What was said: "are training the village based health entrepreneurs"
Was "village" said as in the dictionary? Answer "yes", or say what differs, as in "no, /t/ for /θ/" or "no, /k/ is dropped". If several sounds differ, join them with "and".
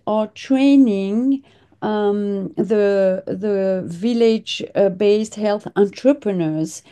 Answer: yes